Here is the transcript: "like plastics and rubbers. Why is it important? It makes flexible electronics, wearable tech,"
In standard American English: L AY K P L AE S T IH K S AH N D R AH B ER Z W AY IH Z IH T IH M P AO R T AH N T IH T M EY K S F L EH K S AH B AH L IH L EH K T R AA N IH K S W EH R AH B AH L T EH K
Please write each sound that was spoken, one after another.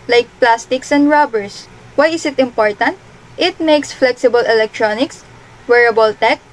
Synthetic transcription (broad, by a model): L AY K P L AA S T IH K S AH N D R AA B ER S W AY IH S IH T IH M P AO R T AH N T IH T M EY K S F L EH K S AH B AH L IH L EH K T R AA N IH K S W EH R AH B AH L T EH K